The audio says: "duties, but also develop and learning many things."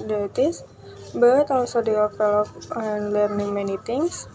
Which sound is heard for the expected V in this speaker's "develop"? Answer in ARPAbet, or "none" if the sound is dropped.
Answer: F